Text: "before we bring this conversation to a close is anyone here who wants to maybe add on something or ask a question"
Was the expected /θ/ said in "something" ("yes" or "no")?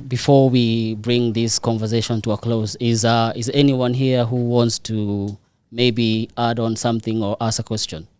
yes